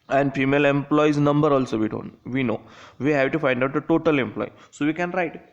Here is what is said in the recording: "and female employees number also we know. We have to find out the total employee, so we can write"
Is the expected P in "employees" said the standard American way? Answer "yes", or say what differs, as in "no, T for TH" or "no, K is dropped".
yes